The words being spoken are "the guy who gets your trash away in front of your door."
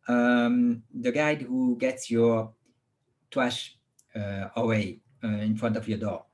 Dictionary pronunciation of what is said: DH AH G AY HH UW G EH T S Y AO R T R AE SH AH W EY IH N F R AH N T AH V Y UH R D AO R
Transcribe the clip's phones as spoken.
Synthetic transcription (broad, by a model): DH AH G AY HH UW G EH T S Y AO R T W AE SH AH W EY IH N F R AH N T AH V Y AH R D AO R